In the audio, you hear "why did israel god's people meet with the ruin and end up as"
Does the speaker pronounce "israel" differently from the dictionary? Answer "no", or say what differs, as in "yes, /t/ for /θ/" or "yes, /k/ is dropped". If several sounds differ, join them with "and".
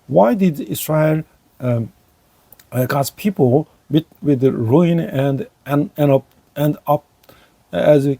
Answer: yes, /s/ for /z/